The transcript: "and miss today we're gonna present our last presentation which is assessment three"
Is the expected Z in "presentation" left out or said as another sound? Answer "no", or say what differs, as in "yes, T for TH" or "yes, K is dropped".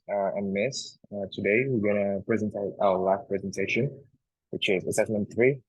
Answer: no